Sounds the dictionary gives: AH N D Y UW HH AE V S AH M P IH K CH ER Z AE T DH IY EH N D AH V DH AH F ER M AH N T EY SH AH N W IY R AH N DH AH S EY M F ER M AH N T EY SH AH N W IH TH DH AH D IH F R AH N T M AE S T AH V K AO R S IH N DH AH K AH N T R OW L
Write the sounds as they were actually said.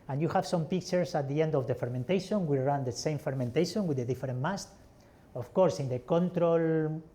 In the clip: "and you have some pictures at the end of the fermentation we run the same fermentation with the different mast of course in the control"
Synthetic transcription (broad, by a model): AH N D Y UW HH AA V S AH M P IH K CH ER S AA T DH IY EH N D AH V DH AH F ER M AH N T EY SH AH N W IY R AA N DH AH S EY M F ER M AH N T EY SH AH N W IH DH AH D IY F R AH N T M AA S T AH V K AO R S IH N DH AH K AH N T R OW L